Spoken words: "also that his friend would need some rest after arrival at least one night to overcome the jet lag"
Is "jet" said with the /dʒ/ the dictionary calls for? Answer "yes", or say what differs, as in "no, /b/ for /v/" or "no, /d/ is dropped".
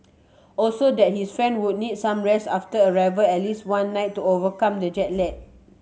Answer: yes